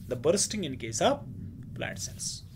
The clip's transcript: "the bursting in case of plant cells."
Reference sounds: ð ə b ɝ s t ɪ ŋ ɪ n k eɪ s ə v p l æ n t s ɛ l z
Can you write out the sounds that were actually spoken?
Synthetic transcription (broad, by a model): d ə b ɝ s t ɪ ŋ ɪ n k eɪ s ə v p l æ t s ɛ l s